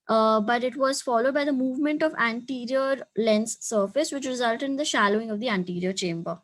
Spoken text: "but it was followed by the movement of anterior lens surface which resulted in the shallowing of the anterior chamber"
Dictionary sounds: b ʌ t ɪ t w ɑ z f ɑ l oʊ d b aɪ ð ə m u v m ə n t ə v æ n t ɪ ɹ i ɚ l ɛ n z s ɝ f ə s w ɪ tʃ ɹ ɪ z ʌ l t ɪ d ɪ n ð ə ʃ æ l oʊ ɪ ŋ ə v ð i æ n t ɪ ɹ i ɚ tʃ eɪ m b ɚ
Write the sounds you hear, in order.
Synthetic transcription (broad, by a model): b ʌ t ɪ t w ɑ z f ɑ l oʊ d b aɪ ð ə m u v m ə n t ə v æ n t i ɹ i ɚ l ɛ n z s ɝ f ə s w ɪ tʃ ɹ ɪ z ʌ l t ɪ d ɪ n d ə ʃ æ l oʊ ɪ ŋ ə v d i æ n t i ɹ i ɚ tʃ eɪ m b ɚ